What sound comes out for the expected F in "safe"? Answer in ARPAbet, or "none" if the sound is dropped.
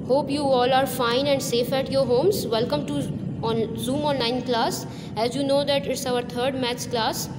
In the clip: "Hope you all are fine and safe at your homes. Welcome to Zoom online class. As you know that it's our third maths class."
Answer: F